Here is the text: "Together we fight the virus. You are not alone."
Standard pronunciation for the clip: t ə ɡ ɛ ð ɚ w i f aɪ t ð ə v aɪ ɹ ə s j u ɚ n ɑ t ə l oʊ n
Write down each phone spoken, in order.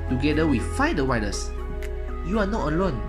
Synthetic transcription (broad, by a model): t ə ɡ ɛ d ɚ w i f aɪ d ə w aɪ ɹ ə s j u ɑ n ɑ t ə l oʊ n